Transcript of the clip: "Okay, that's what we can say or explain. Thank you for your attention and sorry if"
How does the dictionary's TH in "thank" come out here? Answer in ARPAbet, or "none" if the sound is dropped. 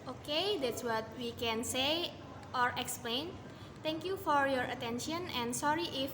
T